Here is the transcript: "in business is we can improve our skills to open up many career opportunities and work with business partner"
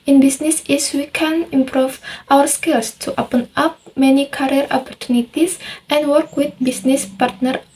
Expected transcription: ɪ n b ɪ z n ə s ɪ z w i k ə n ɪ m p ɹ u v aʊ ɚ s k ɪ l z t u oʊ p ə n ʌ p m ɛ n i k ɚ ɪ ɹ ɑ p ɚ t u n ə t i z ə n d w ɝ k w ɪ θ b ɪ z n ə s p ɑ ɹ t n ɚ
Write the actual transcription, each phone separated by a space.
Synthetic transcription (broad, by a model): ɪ n b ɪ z n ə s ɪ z w i k ə n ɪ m p ɹ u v aʊ ɚ s k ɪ l s t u oʊ p ə n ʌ p m ɛ n i k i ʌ ɹ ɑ p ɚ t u n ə t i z ə n d w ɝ k w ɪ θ b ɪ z n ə s p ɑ ɹ t n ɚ